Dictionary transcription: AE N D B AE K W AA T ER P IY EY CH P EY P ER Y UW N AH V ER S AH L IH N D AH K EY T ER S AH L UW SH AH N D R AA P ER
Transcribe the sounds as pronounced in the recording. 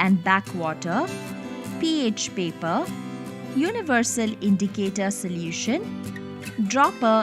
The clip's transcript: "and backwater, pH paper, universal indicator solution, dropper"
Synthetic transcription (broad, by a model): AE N D B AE K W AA T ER P IY EY CH P EY P ER Y UW N AH V ER S AH L IH N D AH K EY T ER S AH L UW SH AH N D R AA P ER